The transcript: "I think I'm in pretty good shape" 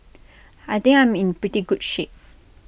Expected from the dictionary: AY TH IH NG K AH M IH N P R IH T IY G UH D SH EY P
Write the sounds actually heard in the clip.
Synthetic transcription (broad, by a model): AY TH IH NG AH M IH N P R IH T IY G UH D SH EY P